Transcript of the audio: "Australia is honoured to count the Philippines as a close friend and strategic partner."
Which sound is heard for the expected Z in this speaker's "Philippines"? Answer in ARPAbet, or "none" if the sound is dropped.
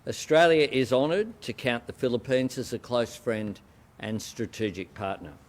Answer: Z